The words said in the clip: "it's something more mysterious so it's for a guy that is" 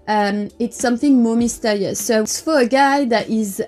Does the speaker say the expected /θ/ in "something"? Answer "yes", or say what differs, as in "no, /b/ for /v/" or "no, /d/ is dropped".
yes